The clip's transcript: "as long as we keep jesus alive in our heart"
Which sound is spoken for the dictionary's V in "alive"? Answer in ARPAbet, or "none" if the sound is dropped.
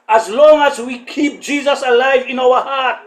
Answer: V